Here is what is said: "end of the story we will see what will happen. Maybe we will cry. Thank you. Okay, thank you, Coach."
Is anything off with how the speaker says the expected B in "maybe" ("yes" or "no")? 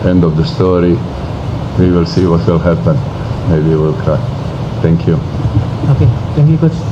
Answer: yes